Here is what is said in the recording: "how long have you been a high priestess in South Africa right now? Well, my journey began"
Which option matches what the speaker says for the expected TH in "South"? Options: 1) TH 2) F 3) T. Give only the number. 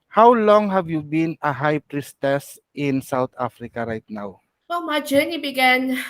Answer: 3